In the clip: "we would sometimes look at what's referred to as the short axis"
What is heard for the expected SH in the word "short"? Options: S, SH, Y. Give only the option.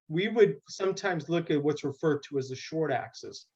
SH